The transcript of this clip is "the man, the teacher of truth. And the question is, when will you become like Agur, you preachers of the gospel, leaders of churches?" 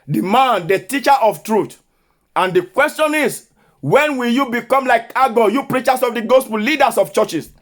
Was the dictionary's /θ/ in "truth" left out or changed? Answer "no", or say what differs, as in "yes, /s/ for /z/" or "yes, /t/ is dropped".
yes, /t/ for /θ/